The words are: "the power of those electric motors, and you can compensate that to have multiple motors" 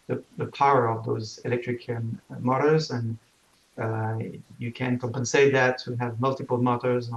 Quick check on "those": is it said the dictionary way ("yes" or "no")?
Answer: yes